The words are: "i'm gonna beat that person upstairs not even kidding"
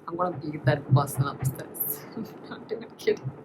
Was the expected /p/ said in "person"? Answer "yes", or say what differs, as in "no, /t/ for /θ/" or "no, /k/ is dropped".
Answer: no, /b/ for /p/